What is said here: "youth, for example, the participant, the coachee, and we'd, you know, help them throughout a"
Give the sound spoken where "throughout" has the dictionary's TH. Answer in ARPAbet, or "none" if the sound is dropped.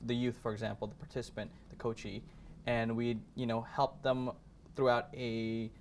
TH